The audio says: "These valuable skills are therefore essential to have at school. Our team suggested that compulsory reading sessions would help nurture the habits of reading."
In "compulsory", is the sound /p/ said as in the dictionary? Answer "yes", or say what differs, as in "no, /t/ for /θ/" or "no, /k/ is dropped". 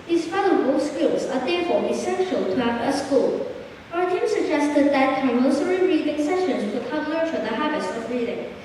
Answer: no, /p/ is dropped